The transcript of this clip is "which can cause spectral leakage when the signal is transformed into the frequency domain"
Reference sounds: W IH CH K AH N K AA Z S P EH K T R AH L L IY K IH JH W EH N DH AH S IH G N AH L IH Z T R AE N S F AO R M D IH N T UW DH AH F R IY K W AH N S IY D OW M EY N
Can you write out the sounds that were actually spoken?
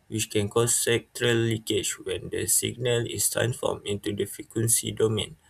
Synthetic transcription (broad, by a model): W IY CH K AH N K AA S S EH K T R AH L L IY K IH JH W EH N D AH S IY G N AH L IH S T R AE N S F AO M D IH N T UW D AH F IY K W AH N S IY D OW M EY N